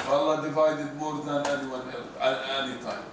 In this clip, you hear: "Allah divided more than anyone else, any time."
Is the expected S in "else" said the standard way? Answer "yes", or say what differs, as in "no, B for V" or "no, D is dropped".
no, S is dropped